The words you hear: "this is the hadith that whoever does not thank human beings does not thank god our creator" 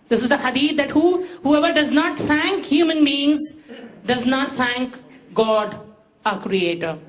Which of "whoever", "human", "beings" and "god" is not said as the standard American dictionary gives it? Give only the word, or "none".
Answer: none